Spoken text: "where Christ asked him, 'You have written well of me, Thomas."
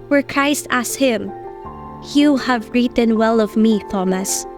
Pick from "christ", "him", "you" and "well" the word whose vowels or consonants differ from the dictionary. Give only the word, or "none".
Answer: none